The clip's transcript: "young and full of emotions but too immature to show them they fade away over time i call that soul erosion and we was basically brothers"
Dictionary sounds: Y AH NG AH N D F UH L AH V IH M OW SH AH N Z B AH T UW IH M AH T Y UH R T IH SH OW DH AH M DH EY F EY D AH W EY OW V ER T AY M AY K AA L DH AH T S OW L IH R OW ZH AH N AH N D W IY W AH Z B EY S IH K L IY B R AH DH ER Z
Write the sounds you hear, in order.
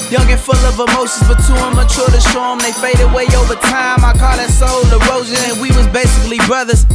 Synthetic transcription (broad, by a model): Y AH NG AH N F UH L AH V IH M OW S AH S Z B AH T UW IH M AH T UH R T IH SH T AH M DH EY F EY D AH W EY OW V ER T AY M AY K AA L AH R S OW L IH R OW Z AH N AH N W IY W AH Z B EY S IH K L IY B R AH DH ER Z